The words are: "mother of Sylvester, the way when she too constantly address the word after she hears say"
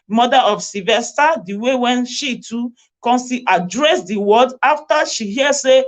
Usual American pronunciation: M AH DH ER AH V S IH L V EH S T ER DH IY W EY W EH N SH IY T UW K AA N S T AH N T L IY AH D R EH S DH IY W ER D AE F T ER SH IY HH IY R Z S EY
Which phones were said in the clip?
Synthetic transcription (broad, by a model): M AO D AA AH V S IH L V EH S T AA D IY W EY W EH N SH IY T UW K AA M S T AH T IY D R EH S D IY W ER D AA F T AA SH IY HH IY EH S EY